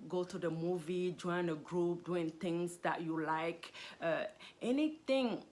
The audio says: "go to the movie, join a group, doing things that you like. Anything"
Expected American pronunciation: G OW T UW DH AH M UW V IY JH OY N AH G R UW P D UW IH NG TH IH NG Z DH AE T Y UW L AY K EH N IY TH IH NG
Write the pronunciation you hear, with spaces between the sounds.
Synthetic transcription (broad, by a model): G OW T UW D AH M UW V IY JH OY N AH G R UW P D UW IH NG T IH NG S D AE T Y UW L AY K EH N IY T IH NG